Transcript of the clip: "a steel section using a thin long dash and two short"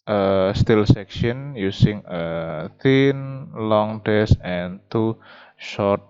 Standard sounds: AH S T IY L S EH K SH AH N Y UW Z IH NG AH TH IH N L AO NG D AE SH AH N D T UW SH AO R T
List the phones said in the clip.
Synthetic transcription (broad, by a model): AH S T IY L S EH K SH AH N Y UW S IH NG AH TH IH N L AO NG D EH S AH N T UW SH AO R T